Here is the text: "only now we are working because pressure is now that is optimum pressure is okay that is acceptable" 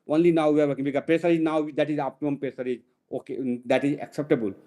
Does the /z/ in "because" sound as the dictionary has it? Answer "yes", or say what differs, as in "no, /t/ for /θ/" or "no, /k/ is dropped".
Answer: no, /z/ is dropped